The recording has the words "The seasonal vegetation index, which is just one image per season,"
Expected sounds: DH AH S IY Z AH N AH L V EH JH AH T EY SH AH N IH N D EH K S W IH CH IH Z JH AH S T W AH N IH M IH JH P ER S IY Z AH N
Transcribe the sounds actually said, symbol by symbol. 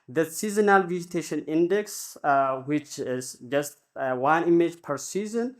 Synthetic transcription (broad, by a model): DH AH S IY Z AH N AH L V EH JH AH T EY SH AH N IH N D EH K S W IH CH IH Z JH AH S T W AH N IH M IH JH P ER S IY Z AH N